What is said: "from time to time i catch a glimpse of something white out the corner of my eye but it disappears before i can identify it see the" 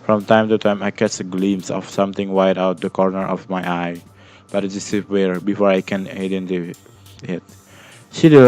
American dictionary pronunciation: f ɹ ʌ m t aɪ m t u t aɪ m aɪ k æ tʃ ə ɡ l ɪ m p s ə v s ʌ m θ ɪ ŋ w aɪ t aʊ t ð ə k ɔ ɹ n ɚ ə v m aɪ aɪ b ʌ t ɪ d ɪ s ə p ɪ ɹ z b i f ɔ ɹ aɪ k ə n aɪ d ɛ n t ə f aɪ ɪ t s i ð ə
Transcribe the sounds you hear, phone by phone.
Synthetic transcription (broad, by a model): f ɹ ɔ m t aɪ m t u t aɪ m aɪ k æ s ə ɡ l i m s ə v s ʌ m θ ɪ ŋ w aɪ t aʊ t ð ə k ɔ ɹ n ɚ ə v m aɪ aɪ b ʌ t ɪ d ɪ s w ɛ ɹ b i f ɔ ɹ aɪ k ə n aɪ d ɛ n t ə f ɪ t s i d